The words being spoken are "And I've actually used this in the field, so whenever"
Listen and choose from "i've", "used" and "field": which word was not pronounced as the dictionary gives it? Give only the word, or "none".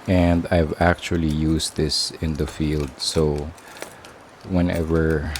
used